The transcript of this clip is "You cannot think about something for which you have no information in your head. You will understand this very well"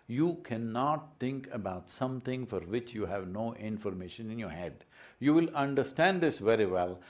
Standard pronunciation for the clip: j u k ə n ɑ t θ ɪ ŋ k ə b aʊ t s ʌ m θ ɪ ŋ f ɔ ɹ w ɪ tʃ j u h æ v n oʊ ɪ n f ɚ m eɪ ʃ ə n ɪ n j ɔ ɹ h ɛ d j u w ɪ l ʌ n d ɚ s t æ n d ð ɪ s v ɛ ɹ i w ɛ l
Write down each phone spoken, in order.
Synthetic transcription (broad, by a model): j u k ə n ɑ t t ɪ ŋ k ə b aʊ t s ʌ m t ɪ ŋ f ɔ ɹ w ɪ tʃ j u h æ v n oʊ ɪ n f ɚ m eɪ ʃ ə n ɪ n j ɔ ɹ h ɛ d j u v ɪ l ʌ n d ɚ s t æ n d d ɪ s v ɛ ɹ i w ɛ l